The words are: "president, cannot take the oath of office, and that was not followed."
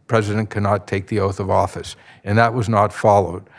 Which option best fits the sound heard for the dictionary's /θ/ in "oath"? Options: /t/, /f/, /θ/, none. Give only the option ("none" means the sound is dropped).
/θ/